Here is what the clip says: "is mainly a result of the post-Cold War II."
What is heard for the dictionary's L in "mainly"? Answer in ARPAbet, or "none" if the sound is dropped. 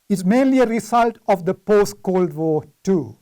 L